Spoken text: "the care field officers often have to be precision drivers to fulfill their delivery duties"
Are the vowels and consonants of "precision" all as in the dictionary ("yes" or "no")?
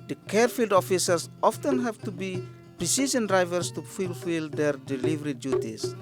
no